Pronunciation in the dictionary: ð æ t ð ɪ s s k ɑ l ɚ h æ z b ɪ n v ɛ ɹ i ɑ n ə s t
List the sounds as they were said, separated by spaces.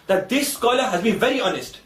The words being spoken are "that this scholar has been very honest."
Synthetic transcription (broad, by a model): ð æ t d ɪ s s k ɑ l ɚ h æ z b ɪ n v ɛ ɹ i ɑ n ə s t